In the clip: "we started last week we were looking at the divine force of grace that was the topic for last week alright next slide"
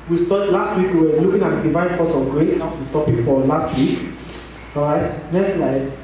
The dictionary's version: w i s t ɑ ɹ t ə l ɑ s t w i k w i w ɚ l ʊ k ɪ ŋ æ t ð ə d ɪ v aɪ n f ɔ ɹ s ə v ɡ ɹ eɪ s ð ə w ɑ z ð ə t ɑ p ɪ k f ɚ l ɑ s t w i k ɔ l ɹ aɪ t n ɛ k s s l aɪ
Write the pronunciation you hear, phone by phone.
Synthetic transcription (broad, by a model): w i s t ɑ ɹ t l ɑ s t w i k w i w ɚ l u k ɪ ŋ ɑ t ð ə d ɪ v aɪ n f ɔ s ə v ɡ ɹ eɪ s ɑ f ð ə t ɑ p ɪ k f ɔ l ɑ s t w i k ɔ ɹ aɪ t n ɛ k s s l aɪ